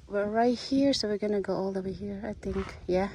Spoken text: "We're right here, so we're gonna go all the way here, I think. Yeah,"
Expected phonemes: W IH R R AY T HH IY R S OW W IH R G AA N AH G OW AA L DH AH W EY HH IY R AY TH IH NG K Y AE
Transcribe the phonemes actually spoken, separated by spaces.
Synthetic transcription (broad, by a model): W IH R R AY T HH IY R S OW W IH R G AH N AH G OW AA L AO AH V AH HH IY R AY TH IH NG K Y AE